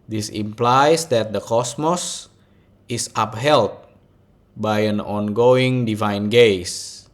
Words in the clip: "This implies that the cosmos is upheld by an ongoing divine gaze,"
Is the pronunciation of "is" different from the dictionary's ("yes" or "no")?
yes